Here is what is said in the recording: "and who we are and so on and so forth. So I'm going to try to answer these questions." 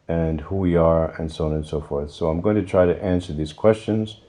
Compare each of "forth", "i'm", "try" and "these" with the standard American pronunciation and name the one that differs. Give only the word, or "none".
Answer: none